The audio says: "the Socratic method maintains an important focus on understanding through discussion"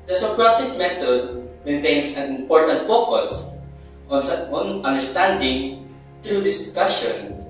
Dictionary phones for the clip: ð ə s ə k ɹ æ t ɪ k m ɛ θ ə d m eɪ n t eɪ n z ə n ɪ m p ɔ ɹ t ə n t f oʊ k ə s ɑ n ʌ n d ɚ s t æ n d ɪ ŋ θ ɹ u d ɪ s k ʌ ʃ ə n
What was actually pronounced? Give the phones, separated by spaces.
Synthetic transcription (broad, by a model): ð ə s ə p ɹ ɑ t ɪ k m ɛ t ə d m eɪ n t eɪ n s ə n ɪ m p ɔ ɹ t ə n t f oʊ k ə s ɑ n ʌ n d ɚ s t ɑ n d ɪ ŋ t ɹ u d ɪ s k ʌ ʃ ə n